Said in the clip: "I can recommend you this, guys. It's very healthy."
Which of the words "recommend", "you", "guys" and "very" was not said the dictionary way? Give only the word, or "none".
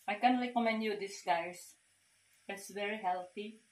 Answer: guys